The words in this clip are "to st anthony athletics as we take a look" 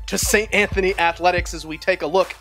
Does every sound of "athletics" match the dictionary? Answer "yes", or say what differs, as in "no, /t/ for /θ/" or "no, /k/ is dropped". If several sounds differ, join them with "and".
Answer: yes